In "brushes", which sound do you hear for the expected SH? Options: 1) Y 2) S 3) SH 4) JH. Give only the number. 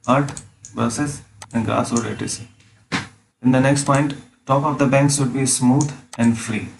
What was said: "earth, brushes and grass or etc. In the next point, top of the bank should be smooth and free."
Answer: 2